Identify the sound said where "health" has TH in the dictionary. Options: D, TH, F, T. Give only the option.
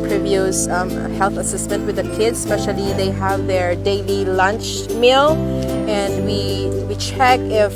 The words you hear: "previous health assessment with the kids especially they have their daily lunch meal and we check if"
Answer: TH